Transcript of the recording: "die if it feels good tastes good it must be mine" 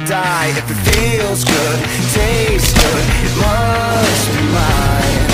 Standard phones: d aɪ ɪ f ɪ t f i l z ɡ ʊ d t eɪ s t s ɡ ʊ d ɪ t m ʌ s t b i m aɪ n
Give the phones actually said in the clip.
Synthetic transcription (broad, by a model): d aɪ ɪ f ɪ t f i l z ɡ ʊ d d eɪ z ɡ ʊ d ɪ t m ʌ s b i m aɪ